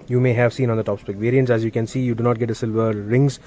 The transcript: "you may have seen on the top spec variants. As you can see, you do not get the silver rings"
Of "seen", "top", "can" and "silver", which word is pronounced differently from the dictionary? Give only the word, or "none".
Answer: none